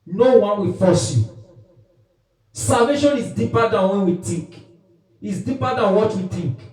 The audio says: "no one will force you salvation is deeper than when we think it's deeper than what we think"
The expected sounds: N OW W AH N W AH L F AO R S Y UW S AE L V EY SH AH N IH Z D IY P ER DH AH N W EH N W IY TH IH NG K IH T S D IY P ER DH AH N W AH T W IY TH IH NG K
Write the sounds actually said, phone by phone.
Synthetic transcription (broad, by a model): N OW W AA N W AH F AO S Y UW S AE L V EY SH AH N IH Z D IY P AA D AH N W EH N W IY T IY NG K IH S D IY P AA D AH N W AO T W IY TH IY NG K